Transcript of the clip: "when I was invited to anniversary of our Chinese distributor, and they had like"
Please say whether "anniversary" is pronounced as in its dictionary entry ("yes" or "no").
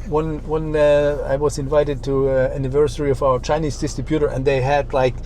yes